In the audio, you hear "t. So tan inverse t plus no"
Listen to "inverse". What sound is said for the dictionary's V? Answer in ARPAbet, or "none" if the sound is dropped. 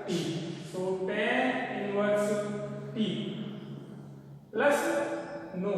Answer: W